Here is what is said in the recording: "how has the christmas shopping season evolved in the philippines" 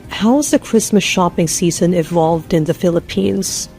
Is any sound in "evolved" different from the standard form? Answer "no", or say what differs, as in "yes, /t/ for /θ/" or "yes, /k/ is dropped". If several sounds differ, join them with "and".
no